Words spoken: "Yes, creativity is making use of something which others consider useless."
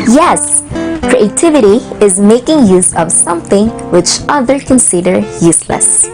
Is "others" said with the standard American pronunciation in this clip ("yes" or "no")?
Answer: no